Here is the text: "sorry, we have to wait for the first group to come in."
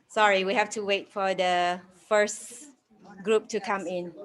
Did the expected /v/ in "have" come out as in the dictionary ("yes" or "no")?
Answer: no